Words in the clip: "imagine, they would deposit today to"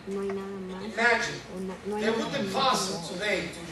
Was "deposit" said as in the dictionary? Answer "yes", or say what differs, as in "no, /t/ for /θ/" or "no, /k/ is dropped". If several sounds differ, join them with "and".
no, /f/ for /p/ and /s/ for /z/